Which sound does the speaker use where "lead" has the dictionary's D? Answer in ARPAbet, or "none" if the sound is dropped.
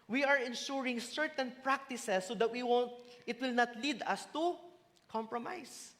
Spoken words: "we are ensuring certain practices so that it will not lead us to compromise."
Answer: D